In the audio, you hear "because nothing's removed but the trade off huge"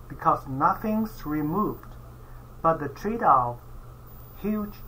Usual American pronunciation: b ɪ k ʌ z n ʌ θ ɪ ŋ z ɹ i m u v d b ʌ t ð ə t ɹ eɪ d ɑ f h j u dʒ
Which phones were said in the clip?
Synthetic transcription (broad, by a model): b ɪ k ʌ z n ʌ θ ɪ ŋ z ɹ i m u v d b ʌ t ð ə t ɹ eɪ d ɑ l h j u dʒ